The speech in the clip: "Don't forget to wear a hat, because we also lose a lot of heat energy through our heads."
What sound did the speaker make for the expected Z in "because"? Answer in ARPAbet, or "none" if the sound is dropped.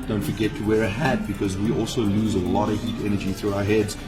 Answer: Z